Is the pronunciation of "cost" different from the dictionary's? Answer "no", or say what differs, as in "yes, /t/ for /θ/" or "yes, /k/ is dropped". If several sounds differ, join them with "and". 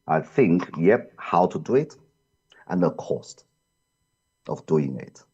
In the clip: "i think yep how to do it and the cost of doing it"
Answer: no